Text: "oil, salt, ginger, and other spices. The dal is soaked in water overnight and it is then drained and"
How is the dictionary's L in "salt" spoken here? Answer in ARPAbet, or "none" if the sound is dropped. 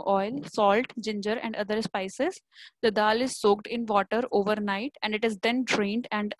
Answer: L